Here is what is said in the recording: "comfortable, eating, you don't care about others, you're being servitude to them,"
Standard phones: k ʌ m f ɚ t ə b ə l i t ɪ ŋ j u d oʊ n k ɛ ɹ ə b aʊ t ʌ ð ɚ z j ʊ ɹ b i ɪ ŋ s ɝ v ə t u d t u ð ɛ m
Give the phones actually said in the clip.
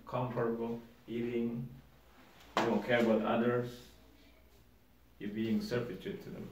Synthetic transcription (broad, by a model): k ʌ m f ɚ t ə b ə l i t ɪ ŋ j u d oʊ n k ɛ ɹ ə b aʊ t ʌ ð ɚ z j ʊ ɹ b i ɪ ŋ s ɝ f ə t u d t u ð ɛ m